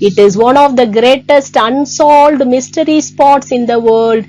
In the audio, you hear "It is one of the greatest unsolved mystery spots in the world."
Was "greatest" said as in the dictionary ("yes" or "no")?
yes